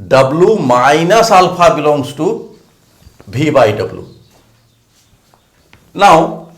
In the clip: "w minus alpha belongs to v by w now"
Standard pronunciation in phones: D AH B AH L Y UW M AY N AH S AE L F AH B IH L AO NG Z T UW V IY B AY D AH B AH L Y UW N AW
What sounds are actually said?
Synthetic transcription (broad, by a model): D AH B L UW M AY N AH S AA L P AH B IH L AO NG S T UW B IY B AY D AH B L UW N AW